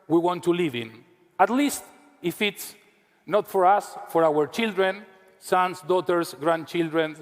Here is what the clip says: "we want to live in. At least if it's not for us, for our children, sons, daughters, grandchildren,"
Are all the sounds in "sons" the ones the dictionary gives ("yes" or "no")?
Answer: no